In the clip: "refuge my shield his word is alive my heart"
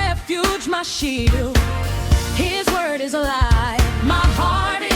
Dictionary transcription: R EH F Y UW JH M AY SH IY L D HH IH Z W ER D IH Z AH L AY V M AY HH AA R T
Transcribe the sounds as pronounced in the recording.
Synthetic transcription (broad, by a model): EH F Y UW JH M AY SH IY D HH IH Z W ER D IH Z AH L AY M AY HH AA R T